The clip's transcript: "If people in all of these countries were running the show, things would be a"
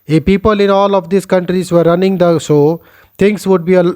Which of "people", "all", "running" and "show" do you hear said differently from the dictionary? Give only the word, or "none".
show